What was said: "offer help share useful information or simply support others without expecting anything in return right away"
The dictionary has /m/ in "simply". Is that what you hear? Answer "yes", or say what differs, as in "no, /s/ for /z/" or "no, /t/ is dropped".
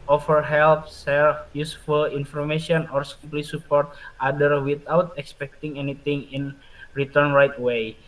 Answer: no, /m/ is dropped